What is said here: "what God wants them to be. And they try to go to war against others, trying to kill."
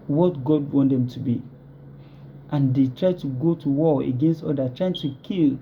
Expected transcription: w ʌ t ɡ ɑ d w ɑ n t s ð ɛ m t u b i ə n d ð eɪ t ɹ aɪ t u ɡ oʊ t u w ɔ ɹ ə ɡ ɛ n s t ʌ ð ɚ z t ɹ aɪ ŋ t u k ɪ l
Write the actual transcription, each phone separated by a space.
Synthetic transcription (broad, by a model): w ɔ t ɡ ɑ d w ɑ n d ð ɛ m t u b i ə n d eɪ t ɹ aɪ t u ɡ oʊ t u w ɔ ə ɡ ɛ n s t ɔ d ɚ t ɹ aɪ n t u k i l